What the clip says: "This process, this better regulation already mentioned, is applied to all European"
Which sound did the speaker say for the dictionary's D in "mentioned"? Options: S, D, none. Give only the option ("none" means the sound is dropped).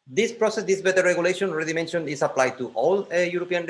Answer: none